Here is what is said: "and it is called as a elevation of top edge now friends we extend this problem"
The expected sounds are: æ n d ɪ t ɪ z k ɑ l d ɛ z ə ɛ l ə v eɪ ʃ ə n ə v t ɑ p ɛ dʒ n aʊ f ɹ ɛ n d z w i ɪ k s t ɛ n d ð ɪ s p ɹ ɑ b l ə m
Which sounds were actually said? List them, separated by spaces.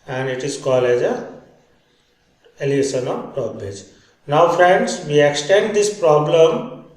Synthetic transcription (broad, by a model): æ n d ɪ t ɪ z k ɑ l ɛ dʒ ə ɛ l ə eɪ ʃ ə n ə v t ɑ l ɛ dʒ n aʊ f ɹ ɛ n d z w i ɪ k s t ɛ n d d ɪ s p ɹ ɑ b l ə m